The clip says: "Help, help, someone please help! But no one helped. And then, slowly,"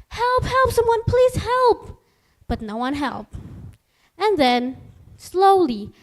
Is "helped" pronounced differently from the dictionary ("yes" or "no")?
yes